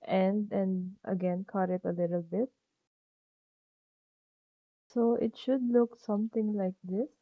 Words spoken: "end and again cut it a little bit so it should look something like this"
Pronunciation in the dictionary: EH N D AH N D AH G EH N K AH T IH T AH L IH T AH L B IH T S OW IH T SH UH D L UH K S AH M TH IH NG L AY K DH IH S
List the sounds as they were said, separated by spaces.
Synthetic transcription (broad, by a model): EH N D AH N D AH G EH N K AH T IH T AH L IH T AH L B IH T S OW IH T SH UH D L UH K S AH M T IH NG L AY K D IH S